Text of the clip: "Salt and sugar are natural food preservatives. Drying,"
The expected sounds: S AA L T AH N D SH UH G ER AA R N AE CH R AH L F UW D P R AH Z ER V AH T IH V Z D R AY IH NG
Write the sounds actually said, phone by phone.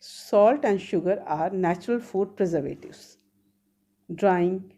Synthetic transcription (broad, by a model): S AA L T AH N D SH UH G ER AA R N AE CH R AH L F UW D P R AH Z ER V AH T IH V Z D R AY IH NG